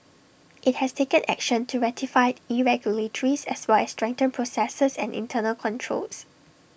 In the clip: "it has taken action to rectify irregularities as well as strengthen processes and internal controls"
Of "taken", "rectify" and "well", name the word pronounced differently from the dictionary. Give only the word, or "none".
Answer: rectify